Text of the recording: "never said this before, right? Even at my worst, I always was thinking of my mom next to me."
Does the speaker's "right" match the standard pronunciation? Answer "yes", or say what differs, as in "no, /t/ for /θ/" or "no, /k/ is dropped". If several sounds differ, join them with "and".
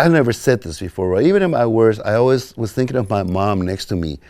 no, /t/ is dropped